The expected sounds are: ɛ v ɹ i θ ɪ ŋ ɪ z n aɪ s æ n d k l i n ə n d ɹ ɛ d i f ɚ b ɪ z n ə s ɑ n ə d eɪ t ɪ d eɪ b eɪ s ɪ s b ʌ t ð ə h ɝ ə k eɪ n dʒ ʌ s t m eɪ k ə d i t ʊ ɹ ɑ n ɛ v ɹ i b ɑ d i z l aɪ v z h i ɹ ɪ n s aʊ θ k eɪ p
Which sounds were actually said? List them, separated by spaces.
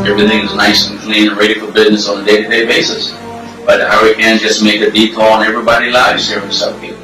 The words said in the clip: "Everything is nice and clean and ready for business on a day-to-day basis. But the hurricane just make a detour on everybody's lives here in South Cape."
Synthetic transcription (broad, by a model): ɛ v ɹ i θ ɪ ŋ ɪ z n aɪ s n k l i n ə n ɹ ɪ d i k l b ɪ z n ə s n ə d eɪ t ɪ d eɪ b eɪ s ɪ s b ʌ t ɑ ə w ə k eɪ n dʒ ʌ s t m eɪ k ə d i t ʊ l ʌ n ɛ v ɹ i b ɑ d i l aɪ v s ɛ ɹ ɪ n s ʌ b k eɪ